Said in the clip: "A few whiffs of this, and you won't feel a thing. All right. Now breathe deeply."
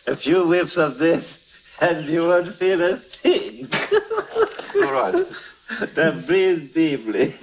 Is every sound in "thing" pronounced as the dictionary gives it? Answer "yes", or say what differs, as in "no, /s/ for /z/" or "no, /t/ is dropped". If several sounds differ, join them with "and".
no, /s/ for /θ/